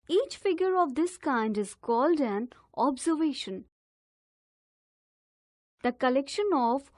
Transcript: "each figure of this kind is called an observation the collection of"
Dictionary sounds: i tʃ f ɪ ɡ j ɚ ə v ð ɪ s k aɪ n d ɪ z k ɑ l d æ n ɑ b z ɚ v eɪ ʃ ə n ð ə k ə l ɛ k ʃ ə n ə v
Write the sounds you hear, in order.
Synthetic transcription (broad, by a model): i tʃ f ɪ ɡ j ɚ ə v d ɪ s k aɪ n d ɪ z k ɑ l d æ n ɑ b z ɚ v eɪ ʃ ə n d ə k ə l ɛ k ʃ ə n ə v